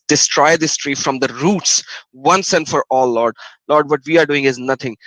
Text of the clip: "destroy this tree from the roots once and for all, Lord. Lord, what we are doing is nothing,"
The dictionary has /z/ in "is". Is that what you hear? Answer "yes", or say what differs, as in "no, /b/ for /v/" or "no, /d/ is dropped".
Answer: yes